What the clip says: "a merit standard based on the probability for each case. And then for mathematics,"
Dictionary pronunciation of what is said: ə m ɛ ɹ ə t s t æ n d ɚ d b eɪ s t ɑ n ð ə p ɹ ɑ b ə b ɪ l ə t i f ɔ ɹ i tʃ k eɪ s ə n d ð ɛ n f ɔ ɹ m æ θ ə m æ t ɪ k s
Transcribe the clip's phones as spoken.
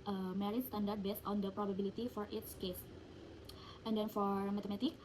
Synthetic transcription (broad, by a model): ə m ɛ ɹ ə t s t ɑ n d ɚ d b eɪ s t ɑ n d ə p ɹ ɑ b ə b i l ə t i f ɔ ɹ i s k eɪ s ə n d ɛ n f ɔ ɹ m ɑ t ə m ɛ t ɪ k